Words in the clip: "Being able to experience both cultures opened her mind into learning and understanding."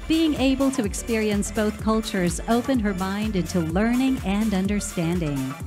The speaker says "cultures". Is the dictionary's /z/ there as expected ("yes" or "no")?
yes